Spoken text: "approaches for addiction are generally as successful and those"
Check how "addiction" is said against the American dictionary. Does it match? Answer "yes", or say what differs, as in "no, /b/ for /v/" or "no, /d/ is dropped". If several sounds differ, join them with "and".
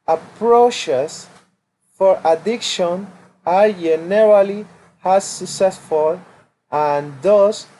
yes